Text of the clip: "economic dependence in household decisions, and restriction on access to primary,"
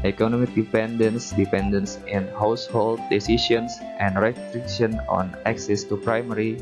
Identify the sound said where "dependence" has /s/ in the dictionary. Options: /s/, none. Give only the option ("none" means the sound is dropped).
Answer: /s/